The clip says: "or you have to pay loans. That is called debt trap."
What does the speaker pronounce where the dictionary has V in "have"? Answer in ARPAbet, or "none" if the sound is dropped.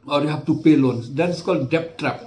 F